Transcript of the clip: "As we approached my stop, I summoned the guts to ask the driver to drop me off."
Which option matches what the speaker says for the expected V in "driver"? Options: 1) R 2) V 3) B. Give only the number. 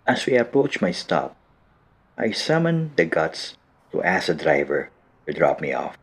2